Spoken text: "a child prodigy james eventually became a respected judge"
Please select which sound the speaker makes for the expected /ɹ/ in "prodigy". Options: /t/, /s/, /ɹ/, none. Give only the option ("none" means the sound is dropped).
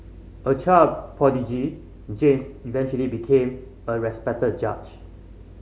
none